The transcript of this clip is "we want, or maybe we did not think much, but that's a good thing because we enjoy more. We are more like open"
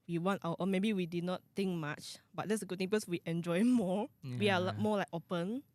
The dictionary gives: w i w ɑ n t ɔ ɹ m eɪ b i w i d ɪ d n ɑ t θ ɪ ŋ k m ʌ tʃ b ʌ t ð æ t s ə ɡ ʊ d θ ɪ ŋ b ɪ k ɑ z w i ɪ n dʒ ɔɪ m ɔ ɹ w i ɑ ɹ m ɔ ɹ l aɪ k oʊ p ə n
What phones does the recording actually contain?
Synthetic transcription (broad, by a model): w i w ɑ n t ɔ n m eɪ b i w i d ɪ d n ɑ t t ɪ ŋ k m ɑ tʃ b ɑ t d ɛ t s ə ɡ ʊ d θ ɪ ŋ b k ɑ s w i ɪ n dʒ ɔɪ m ɔ w i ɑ l m ɔ l aɪ k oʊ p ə n